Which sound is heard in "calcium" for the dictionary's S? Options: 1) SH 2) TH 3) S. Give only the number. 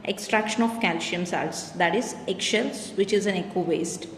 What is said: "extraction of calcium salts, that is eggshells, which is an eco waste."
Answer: 1